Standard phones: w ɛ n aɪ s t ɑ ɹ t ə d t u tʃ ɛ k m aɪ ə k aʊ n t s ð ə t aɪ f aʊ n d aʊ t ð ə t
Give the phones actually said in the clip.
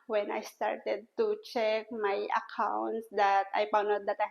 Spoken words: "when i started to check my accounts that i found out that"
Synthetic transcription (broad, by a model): w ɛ n aɪ s t ɑ ɹ t ə d t u tʃ ɛ k m aɪ ə k aʊ n t s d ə t aɪ p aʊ n aʊ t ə t